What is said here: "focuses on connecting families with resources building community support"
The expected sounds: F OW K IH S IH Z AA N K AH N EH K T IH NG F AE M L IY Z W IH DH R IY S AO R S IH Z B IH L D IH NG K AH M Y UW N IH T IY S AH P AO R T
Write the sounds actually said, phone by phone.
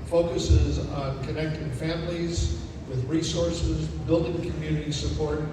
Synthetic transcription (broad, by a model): F OW K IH S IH Z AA N K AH N EH K T IH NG F AE M L IY Z W IH DH R IY S AO R S IH Z B IH L D IH NG K AH M Y UW N IH T IY S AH P AO R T